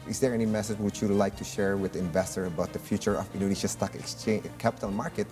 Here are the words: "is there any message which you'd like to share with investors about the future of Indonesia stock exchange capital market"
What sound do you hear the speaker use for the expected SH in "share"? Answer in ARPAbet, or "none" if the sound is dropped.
SH